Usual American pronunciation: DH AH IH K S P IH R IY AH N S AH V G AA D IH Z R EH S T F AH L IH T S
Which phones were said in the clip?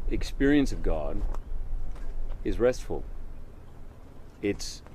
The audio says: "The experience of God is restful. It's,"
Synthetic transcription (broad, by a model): IH K S P IH R IY AH N S AH V G AA D IH Z R EH S T F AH L IH T S